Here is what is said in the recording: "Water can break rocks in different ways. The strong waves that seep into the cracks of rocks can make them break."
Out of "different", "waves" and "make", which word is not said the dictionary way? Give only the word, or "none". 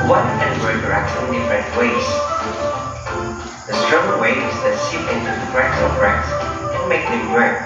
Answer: waves